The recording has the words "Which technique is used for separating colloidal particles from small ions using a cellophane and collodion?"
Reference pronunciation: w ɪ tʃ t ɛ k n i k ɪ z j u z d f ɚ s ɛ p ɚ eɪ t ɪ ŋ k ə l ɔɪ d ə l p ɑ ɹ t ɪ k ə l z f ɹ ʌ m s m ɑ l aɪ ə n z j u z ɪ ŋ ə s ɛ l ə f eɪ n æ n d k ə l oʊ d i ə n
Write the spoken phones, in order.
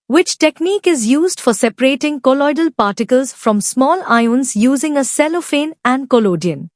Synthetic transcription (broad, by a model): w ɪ tʃ t ɛ k n i k ɪ z j u z d f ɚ s ɛ p ɚ eɪ t ɪ ŋ k ə l ɔɪ d ə l p ɑ ɹ t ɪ k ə l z f ɹ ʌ m s m ɑ l aɪ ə n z j u z ɪ ŋ ə s ɛ l ə f eɪ n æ n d k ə l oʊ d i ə n